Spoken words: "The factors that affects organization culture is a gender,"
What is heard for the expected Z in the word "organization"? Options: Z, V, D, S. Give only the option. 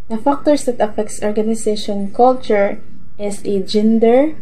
S